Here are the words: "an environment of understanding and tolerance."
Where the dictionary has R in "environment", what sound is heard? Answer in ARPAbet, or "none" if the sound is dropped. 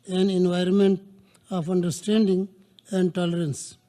R